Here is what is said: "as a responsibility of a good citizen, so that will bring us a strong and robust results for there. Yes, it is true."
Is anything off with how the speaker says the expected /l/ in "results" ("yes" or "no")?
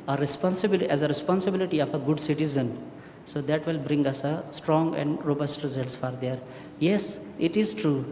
no